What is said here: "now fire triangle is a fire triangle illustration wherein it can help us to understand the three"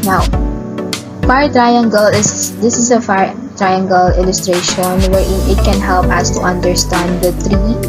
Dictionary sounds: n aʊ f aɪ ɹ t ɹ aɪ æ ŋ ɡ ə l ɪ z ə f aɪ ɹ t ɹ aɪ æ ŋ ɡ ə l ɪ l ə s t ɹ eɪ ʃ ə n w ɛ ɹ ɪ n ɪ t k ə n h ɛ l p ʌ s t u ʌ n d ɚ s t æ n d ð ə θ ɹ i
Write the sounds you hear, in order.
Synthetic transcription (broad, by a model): n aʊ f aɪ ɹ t ɹ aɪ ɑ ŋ ɡ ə l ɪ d ə f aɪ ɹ t ɹ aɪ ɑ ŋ ɡ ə l ɪ l ə s t ɹ eɪ ʃ ə n w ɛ ɹ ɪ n ɪ t k ə n h ɛ l p ʌ s t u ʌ n d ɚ s t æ n d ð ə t ɹ i